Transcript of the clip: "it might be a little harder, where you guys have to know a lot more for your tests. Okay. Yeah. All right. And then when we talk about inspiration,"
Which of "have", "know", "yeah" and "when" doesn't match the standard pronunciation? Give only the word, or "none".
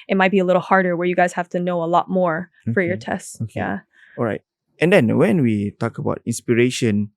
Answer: have